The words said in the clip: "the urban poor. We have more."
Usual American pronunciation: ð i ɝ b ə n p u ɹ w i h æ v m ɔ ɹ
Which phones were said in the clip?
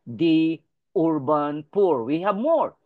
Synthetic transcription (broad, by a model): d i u b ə n p u ɹ w i h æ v m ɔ ɹ